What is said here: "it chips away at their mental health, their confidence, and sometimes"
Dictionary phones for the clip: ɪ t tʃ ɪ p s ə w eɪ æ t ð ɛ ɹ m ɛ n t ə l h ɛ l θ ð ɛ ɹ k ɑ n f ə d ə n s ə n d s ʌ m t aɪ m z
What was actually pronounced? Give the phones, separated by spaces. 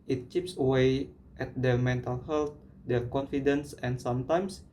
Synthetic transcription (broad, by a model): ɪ t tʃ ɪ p s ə w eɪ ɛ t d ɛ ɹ m ɛ n t ə l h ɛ l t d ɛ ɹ k ɑ n f ə d ə n s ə n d s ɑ m t aɪ m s